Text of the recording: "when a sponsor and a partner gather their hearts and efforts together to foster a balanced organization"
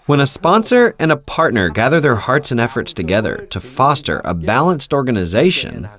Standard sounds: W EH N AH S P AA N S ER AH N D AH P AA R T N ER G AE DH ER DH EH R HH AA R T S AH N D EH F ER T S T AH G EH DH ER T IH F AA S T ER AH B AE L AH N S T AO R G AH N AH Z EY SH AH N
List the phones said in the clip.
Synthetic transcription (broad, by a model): W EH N AH S P AA N S ER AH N AH P AA R T N ER G AE DH ER DH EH R HH AA R T S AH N EH F ER T S T AH G EH DH ER T IH F AA S T ER AH B AE L AH N S T AO R G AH N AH Z EY SH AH N